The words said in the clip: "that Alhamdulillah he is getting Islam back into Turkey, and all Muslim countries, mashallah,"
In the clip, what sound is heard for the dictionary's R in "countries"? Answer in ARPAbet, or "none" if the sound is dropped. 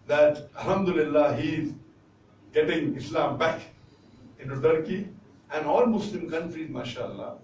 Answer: R